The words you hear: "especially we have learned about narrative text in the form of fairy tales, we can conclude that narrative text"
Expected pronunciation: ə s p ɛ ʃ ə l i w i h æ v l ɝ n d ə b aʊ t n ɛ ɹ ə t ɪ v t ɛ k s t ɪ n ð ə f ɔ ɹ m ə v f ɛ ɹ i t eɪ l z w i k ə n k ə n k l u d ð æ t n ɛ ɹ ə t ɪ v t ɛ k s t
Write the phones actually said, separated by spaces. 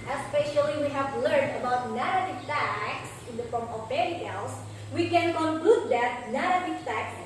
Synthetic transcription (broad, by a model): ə s p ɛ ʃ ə l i w i h æ v l ɝ n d ə b aʊ t n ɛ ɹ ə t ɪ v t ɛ k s ɪ n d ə f ɔ ɹ m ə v p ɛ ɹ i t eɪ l s w i k ə n k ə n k l u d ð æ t n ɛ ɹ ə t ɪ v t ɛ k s